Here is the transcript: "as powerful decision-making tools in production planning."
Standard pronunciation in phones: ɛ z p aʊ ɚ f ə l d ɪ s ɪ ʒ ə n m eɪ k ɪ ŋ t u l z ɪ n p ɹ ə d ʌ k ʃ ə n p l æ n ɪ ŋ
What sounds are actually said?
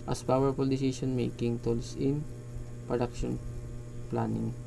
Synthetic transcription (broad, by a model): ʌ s p aʊ ɚ f ə l d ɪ s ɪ s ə n m eɪ k ɪ ŋ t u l s ɪ n p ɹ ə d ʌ k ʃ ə n p l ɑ n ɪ ŋ